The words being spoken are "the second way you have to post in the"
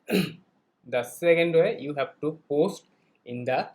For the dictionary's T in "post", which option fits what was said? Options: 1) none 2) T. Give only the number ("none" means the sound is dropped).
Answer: 2